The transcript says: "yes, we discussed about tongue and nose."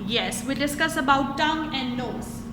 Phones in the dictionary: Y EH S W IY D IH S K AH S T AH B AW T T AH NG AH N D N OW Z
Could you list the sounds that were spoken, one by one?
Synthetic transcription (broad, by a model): Y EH S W IY D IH S K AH S AH B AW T T AH NG AH N D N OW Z